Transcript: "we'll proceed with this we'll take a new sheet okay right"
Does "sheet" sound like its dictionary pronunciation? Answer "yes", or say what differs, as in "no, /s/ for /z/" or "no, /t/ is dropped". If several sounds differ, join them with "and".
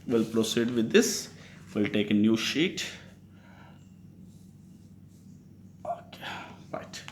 yes